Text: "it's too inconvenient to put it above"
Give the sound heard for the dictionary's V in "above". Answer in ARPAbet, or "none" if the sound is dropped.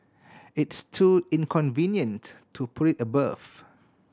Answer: F